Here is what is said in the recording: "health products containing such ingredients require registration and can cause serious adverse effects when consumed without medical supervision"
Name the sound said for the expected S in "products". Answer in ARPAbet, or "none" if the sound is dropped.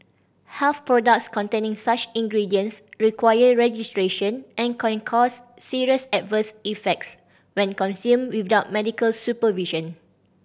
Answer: S